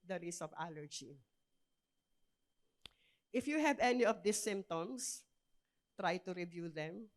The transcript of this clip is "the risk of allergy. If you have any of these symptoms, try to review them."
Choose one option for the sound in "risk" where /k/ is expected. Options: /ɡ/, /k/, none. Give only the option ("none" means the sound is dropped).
none